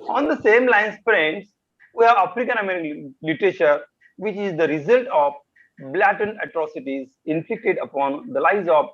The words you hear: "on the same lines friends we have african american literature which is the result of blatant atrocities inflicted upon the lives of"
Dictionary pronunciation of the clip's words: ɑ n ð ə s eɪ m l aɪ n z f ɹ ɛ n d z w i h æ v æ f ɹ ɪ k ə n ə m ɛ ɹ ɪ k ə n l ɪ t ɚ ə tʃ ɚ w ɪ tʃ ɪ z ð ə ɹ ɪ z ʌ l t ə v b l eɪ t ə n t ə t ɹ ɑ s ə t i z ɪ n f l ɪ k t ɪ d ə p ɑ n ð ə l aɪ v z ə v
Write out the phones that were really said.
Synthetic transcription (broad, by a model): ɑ n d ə s eɪ m l aɪ n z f ɹ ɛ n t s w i h æ v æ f ɹ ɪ k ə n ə m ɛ ɹ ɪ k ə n l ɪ t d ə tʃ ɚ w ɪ tʃ ɪ z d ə ɹ ɪ z ʌ l t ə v b l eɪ t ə n ə t ɹ ɑ s ə t i z ɪ n f l ɪ k t ɪ d ə p ɑ n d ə l aɪ z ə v